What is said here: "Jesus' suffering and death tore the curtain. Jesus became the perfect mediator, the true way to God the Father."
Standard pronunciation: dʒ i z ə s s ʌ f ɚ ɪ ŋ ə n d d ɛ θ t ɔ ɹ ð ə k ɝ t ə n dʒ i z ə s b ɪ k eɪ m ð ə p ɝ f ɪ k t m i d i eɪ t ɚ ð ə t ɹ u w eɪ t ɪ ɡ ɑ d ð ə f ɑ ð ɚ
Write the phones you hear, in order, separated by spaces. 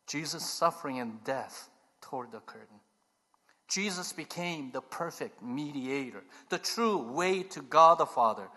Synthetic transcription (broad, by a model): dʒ i z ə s s ʌ f ɚ ɪ ŋ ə n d d ɛ θ t ɔ ɹ ð ə k ɝ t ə n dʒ i z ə s b ɪ k eɪ m ð ə p ɝ f ɪ k t m i d i eɪ t ɚ ð ə t ɹ u w eɪ t ɪ ɡ ɑ d ð ə f ɑ ð ɚ